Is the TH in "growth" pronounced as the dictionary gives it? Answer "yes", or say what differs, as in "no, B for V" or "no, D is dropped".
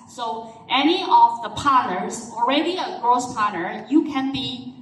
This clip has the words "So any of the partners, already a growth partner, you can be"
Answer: no, S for TH